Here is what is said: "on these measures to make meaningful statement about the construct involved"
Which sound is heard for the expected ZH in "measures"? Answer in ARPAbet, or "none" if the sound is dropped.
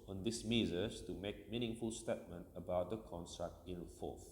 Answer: Z